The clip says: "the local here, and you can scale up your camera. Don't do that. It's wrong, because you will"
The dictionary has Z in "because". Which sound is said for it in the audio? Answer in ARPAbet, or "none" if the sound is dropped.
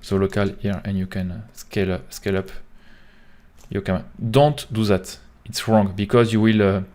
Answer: Z